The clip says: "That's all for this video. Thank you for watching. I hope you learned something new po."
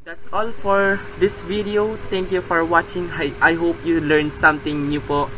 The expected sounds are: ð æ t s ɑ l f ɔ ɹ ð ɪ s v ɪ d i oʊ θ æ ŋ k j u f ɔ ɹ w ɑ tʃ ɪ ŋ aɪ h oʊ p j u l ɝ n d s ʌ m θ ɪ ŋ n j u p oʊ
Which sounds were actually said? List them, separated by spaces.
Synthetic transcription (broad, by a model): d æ t s ɑ l f ɔ ɹ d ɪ s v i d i oʊ t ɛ ŋ k j u f ɔ ɹ w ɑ tʃ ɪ ŋ aɪ h oʊ p j u l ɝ n s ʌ m t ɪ ŋ n j u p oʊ